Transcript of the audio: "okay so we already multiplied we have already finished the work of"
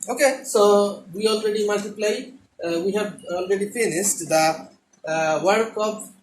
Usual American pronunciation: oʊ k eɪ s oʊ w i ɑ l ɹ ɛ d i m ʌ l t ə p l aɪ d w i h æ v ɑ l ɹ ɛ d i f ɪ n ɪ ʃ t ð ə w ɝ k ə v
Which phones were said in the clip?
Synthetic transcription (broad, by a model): oʊ k eɪ s oʊ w i ɑ l ɹ ɛ d i m ʌ l t ə p l aɪ d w i h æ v ɑ l ɹ ɛ d i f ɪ n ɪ s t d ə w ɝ k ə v